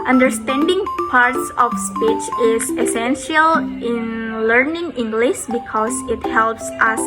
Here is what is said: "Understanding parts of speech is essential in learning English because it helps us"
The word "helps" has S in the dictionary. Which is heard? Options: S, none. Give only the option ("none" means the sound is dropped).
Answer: S